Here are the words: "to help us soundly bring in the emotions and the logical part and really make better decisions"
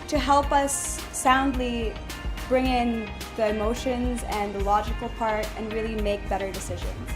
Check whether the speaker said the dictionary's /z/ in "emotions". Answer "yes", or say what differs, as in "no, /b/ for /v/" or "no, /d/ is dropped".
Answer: yes